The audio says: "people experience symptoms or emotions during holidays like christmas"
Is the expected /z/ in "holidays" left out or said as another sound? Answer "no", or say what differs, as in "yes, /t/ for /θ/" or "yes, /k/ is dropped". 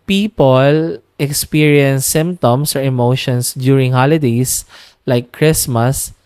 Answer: yes, /s/ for /z/